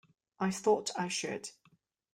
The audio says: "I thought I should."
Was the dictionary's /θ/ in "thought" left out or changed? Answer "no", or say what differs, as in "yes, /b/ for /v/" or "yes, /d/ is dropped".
no